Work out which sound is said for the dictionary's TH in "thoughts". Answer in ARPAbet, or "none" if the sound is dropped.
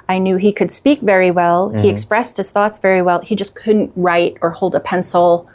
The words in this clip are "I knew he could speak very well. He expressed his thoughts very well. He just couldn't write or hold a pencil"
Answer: TH